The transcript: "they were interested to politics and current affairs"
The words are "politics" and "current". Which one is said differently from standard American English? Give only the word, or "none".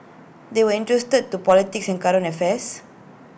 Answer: current